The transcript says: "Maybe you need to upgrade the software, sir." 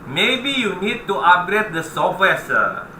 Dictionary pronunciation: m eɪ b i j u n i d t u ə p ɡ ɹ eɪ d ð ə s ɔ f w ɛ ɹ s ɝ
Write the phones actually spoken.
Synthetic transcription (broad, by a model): m eɪ b i j u n i d t u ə ɡ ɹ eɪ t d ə s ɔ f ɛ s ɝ